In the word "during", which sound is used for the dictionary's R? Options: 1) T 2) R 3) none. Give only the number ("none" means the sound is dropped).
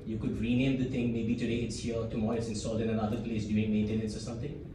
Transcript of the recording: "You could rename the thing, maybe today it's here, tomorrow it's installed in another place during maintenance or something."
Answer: 3